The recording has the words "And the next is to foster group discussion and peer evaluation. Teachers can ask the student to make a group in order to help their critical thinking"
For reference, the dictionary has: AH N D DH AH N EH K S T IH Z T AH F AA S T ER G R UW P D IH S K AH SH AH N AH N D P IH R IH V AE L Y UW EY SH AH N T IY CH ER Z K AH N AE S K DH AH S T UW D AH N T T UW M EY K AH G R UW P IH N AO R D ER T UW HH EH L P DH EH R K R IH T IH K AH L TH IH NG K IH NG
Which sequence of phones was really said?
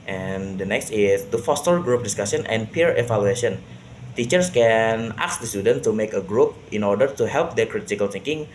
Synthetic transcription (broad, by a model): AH N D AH N EH K S T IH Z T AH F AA S T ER G R UW P D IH S K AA S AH N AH N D P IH R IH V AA L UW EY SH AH N T IY CH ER S K AH N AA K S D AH S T UW D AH N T T UW M EY K AH G R UW P IH N AO R D ER T UW HH EH L P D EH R K R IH T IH K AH L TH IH NG K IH NG